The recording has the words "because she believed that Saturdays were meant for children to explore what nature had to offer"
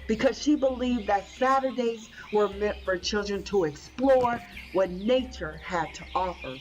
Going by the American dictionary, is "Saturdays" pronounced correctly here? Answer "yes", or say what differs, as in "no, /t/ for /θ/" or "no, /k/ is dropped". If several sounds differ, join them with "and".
yes